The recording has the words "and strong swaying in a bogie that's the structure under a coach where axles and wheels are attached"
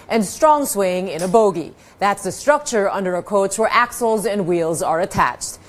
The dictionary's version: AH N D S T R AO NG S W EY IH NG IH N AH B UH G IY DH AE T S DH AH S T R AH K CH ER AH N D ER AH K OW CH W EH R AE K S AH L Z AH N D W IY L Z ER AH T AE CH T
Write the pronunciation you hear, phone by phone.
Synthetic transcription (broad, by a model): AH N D S T R AO NG S W EY IH NG IH N AH B UH G IY DH AE T S DH AH S T R AH K CH ER AH N D ER AH K OW CH W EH R AE K S L Z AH N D W IY L Z ER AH T AE CH T